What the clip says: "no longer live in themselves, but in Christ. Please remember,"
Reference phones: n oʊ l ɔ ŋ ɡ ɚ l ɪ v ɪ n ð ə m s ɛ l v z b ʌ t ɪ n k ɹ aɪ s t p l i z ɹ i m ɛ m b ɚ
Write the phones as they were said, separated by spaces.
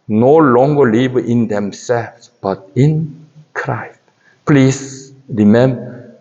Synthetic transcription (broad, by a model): n oʊ l ɔ ŋ ɡ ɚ l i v ɪ n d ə m s ɛ l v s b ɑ t ɪ n k ɹ aɪ s t p l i s ɹ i m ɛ m b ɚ